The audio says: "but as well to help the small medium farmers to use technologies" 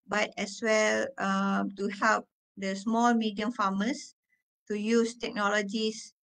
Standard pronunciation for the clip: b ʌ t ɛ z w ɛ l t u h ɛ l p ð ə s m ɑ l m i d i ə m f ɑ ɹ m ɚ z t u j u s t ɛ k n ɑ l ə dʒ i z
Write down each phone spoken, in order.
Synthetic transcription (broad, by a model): b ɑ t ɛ s w ɛ l t u h ɛ l p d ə s m ɑ l m i d i ə m f ɑ m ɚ s t u j u s t ɛ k n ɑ l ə dʒ i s